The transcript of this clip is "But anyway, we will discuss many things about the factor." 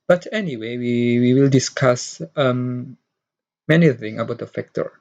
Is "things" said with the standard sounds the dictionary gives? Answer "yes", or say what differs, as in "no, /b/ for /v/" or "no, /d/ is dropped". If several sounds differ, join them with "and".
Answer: no, /z/ is dropped